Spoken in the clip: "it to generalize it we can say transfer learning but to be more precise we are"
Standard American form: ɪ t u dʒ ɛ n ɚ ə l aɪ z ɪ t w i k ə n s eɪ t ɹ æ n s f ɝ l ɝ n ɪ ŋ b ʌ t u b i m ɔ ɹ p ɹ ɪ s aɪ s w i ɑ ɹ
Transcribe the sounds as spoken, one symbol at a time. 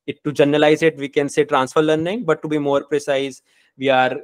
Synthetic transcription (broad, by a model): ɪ t u dʒ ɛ n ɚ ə l aɪ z ɪ t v i k ə n s eɪ t ɹ æ n s f ɝ l ɝ n ɪ ŋ b ʌ t u b i m ɔ ɹ p ɹ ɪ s aɪ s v i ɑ ɹ